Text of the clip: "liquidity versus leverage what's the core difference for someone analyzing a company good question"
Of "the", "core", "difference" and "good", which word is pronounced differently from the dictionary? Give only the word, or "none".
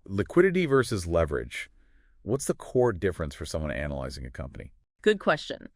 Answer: none